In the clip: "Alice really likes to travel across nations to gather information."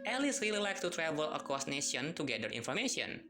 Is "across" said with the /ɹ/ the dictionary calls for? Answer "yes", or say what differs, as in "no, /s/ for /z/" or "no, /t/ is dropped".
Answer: no, /ɹ/ is dropped